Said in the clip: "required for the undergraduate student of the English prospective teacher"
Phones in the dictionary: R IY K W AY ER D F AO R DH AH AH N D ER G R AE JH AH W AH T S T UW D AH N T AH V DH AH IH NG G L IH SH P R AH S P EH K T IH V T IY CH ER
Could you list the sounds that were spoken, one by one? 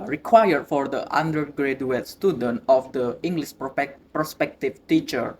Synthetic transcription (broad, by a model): R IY K W AY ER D F AO R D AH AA N D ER G R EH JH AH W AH T S T UW D AH N T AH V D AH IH NG G L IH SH P R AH S P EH K T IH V T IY CH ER